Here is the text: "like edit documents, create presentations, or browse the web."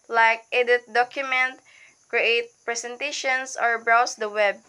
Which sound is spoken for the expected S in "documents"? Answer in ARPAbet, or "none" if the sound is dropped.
none